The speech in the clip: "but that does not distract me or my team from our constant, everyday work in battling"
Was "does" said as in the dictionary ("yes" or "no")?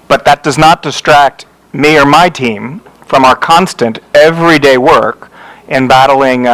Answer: yes